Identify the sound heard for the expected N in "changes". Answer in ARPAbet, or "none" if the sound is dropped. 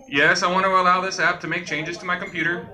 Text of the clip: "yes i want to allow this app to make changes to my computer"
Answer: N